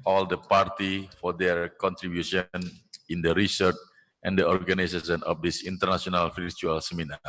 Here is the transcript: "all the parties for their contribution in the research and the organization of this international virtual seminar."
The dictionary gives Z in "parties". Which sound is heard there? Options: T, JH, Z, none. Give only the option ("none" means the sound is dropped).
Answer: none